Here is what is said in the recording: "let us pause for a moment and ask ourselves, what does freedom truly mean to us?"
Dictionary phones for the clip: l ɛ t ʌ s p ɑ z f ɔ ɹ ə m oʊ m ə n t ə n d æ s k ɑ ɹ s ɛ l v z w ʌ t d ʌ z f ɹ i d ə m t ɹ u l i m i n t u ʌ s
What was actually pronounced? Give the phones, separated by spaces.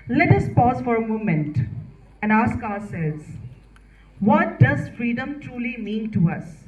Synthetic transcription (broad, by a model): l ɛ t ʌ s p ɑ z f ɔ ɹ ə m oʊ m ə n t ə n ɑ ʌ s k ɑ s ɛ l z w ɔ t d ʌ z f ɹ i d ə m t ɹ u l i m i n t u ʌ s